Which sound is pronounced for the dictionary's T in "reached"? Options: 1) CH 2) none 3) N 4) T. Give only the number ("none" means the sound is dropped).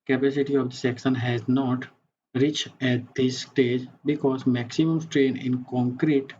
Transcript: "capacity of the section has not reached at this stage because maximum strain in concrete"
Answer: 2